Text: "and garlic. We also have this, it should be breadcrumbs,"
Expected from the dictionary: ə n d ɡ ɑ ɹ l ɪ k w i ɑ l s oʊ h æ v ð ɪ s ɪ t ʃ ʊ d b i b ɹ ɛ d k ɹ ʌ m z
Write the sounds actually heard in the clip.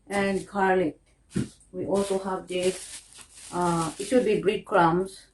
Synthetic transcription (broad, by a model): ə n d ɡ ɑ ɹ l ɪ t w i ɑ l s oʊ h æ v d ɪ ɪ t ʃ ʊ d b i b ɹ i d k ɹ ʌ m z